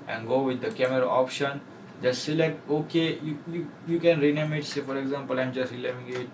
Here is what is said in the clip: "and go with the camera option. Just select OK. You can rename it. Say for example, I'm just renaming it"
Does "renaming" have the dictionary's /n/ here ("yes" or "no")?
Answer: no